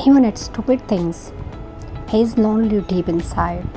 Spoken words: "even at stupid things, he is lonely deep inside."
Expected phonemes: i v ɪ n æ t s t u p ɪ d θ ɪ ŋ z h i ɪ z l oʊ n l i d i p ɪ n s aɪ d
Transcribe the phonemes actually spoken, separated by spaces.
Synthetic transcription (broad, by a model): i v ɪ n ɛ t s t u p ɪ d t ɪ ŋ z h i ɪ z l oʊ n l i d i p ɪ n s aɪ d